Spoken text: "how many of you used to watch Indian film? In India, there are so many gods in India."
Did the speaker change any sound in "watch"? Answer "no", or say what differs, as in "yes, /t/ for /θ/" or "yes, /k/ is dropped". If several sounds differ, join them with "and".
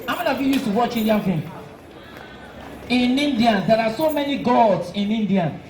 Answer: no